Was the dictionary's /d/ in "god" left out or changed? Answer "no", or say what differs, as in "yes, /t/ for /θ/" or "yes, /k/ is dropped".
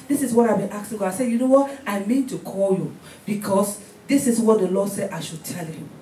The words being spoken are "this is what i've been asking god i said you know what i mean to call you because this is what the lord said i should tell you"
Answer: yes, /d/ is dropped